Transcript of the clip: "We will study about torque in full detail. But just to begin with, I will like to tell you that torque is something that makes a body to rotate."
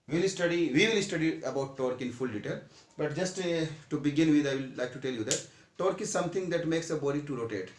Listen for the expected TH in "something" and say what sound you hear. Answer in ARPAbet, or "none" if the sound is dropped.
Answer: T